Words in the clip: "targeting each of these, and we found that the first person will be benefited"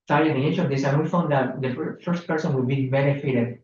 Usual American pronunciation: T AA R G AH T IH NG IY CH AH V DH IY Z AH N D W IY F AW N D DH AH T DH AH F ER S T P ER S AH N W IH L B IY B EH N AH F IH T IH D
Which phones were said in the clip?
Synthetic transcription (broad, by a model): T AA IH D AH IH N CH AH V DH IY S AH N W IY F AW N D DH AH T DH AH F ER S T P ER S AH N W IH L B IY B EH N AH F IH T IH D